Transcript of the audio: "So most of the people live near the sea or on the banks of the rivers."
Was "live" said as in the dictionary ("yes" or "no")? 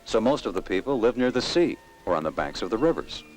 yes